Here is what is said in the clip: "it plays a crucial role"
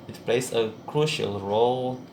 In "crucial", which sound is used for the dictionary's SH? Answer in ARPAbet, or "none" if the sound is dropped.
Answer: SH